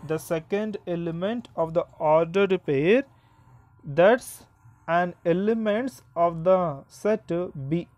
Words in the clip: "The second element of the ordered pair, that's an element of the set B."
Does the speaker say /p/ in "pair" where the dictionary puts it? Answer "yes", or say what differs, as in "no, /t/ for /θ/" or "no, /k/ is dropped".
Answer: yes